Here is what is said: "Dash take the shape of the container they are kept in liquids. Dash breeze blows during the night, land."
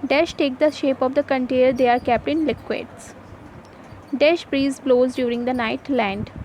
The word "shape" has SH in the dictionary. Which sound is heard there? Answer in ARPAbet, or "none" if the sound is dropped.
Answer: SH